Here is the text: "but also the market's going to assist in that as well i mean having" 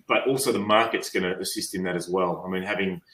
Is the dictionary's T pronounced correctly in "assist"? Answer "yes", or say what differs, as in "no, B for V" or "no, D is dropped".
yes